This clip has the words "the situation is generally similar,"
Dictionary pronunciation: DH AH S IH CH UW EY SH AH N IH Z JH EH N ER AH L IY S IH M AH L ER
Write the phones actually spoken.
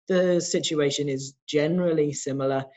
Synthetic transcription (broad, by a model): DH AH S IH CH UW EY SH AH N IH Z JH EH N ER AH L IY S IH M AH L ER